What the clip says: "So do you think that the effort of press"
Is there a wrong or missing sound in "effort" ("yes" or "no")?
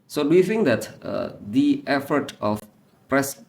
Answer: no